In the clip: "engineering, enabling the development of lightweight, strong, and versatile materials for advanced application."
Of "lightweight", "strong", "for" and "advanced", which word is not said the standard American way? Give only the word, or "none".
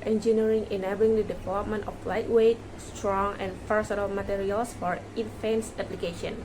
advanced